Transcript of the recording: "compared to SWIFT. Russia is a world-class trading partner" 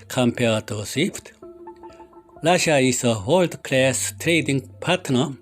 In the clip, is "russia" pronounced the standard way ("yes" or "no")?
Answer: no